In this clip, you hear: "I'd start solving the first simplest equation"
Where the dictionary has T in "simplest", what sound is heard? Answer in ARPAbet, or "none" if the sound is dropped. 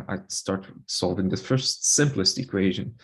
T